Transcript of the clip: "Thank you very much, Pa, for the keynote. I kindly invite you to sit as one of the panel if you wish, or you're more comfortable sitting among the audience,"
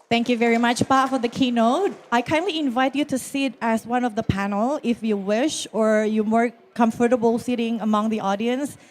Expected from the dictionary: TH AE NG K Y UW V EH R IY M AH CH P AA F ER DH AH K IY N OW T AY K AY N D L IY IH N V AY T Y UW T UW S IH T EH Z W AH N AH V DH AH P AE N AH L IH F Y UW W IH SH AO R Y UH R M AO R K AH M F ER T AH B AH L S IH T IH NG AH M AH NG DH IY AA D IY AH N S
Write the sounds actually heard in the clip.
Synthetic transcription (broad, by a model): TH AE NG K Y UW V EH R IY M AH CH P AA F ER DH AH K IY N OW T AY K AY N D L IY IH N V AY T Y UW T UW S IH T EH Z W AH N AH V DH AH P AE N AH L IH F Y UW W IH SH AO R Y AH M AO R K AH M F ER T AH B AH L S IH T IH NG AH M AH NG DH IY AA D IY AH N S